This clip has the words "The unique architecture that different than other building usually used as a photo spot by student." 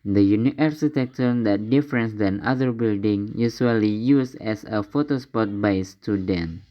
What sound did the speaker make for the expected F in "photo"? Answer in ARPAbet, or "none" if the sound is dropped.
F